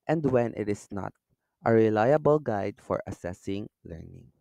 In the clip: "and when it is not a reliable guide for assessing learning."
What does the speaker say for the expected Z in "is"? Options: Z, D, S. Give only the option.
S